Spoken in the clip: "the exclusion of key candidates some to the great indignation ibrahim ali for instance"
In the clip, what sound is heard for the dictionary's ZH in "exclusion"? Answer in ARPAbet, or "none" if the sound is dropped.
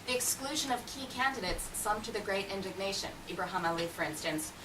ZH